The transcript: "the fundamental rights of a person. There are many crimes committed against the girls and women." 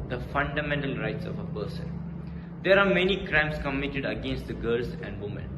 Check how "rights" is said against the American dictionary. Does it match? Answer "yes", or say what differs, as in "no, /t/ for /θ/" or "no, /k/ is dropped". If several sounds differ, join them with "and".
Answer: yes